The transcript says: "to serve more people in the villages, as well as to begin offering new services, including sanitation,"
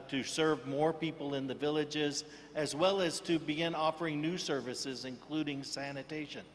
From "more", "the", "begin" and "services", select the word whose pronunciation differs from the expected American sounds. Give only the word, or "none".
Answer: none